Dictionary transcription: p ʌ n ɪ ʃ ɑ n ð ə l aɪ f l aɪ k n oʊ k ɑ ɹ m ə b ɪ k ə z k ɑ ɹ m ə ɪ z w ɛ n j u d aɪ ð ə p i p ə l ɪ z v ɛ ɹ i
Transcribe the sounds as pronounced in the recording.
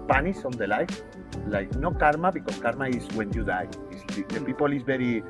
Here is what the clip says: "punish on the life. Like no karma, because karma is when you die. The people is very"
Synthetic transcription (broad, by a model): p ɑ n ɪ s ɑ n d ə l aɪ f l aɪ k n oʊ k ɑ ɹ m ə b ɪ k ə s k ɑ ɹ m ə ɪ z w ɛ n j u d aɪ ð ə p i p ə l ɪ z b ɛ ɹ i